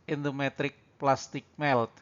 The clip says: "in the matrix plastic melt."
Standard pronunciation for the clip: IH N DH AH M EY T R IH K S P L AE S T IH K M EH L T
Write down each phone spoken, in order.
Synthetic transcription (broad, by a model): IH N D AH M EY T R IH K P L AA S T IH K M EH L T